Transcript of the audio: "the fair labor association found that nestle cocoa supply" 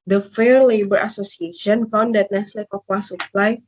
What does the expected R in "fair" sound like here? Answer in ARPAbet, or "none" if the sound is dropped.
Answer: R